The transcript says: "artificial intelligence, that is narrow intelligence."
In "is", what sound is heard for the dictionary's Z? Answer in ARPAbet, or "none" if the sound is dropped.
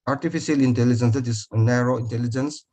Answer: S